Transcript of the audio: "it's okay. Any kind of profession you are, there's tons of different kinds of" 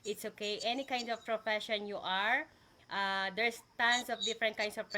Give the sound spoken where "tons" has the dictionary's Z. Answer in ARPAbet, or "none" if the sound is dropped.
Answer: S